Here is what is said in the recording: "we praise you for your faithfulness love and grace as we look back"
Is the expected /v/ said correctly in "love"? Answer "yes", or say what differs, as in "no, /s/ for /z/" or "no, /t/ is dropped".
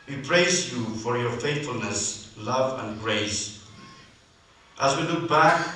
yes